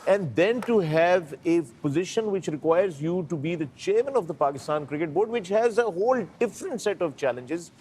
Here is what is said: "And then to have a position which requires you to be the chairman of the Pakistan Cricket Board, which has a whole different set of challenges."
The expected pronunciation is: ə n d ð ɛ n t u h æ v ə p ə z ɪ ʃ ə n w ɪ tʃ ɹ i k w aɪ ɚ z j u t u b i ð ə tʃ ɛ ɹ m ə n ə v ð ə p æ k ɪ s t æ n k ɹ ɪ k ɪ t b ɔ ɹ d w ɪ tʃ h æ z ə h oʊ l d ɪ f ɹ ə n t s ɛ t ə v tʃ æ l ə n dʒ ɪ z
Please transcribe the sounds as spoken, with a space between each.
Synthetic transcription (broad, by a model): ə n d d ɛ n t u h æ v ə p ə z ɪ ʃ ə n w ɪ tʃ ɹ i k w aɪ ɚ z j u t u b i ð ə tʃ ɛ ɹ m ə n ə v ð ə p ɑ k ɪ s t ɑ n k ɹ ɪ k ɪ t b ɔ ɹ d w ɪ tʃ h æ z ə h oʊ l d ɪ f ɹ ə n t s ɛ t ə v tʃ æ l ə n dʒ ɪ z